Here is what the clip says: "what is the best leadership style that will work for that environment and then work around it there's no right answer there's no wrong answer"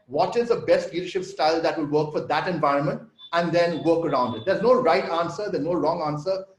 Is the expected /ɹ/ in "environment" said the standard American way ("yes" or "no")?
yes